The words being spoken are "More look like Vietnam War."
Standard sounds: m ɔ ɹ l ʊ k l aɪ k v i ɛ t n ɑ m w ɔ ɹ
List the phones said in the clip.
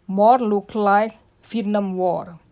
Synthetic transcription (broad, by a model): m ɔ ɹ l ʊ k l aɪ k f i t n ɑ m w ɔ ɹ